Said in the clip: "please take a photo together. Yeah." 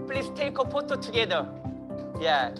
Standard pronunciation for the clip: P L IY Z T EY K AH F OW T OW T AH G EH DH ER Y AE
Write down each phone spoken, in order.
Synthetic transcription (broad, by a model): P L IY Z T EY K AH P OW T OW T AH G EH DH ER Y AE